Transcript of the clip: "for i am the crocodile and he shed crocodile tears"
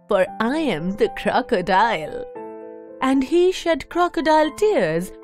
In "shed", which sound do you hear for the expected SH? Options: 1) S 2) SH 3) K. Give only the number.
2